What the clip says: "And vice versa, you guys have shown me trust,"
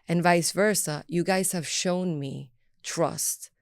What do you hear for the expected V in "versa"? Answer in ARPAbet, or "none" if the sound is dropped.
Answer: V